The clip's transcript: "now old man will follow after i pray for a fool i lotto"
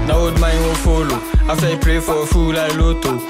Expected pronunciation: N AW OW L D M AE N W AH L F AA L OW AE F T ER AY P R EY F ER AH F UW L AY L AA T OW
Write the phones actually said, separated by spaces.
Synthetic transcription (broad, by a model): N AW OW D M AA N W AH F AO L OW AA F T AY P R EY F AH F UW L AY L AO T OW